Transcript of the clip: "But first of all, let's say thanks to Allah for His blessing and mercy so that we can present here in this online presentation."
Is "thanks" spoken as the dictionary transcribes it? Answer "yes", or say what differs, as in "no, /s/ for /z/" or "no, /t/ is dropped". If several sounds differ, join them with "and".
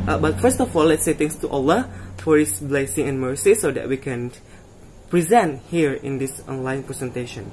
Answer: no, /t/ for /θ/ and /k/ is dropped